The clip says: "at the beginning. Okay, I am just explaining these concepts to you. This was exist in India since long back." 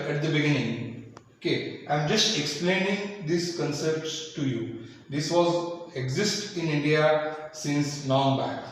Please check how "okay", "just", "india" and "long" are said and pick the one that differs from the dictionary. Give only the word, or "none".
long